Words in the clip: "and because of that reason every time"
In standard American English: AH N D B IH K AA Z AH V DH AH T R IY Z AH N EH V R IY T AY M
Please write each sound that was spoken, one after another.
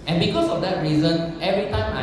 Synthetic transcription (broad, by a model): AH N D B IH K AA S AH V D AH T R IY Z AH N EH V R IY T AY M